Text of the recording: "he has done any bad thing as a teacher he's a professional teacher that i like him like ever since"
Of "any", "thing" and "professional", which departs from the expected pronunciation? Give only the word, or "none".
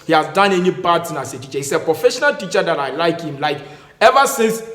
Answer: thing